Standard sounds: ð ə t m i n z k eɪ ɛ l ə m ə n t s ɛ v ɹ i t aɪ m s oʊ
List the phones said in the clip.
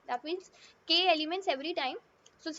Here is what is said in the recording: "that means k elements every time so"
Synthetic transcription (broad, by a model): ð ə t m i z k eɪ ɛ l ə m ə n t s ɛ v ɹ i t aɪ m s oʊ